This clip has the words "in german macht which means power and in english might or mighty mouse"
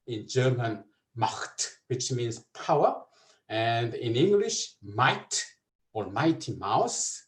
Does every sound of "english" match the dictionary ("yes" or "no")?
yes